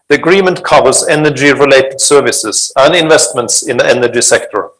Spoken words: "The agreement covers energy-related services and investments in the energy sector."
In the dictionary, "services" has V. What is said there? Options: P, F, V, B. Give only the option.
V